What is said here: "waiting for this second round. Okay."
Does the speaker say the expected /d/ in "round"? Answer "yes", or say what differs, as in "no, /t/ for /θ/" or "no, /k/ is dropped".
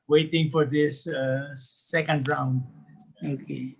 yes